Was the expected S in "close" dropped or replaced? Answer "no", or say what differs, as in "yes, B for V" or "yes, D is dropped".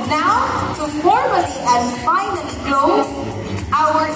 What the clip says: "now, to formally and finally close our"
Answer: yes, S is dropped